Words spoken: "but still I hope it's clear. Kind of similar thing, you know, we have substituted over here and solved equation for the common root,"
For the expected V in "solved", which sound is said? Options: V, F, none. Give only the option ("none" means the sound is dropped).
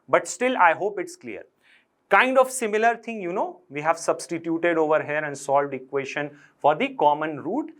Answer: V